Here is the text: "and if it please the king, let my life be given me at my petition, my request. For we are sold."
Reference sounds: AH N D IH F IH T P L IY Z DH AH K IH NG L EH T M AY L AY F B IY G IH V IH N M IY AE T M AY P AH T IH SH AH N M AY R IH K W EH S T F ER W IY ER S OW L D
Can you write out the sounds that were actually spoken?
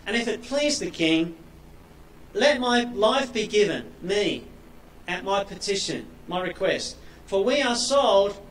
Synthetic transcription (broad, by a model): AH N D IH F IH T P L IY Z DH AH K IH NG L EH T M AY L AY F B IY G IH V IH N M IY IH T M AY P AH T IH SH AH N M AY R IH K W EH S T F ER W IY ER S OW L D